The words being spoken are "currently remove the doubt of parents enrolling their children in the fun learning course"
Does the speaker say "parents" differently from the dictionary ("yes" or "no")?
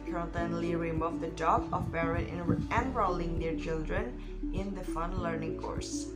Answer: yes